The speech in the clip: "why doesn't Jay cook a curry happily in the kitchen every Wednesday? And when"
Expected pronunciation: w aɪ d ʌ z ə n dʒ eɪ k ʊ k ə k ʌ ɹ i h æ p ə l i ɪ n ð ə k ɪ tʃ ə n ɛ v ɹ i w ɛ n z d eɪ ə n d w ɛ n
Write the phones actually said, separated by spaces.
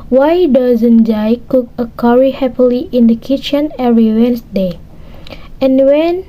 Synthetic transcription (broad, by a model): w aɪ d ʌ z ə n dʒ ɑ k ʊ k ə k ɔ ɹ i h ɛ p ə l i ɪ n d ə k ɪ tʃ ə n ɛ ɹ i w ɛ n s d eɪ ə n w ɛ n